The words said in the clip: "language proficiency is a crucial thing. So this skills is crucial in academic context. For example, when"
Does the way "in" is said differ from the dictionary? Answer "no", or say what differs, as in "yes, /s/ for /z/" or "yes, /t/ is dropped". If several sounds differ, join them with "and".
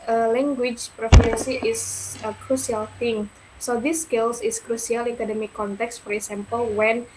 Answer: yes, /l/ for /n/